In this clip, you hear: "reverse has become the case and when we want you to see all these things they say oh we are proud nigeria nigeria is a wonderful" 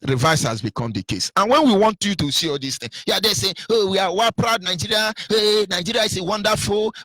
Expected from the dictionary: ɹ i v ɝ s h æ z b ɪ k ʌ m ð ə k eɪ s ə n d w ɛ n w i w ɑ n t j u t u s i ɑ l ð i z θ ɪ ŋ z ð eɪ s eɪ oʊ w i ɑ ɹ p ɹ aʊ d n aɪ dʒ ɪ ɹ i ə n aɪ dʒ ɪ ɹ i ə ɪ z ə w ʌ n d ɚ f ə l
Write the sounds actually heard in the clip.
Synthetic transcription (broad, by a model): ɹ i v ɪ s h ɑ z b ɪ k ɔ m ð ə k eɪ s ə n w ɛ n w i w ɑ n t j u t u s i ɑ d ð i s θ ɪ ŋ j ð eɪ s eɪ oʊ w i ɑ w p ɹ aʊ d n aɪ dʒ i ɹ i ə n aɪ dʒ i ɹ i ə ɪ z ə w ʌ n d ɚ f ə l